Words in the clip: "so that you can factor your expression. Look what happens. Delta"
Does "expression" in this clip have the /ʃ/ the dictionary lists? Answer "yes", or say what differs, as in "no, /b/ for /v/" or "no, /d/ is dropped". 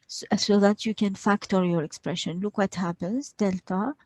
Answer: yes